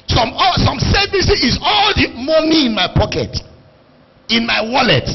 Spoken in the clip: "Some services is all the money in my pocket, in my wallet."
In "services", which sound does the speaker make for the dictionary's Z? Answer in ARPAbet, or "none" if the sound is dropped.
none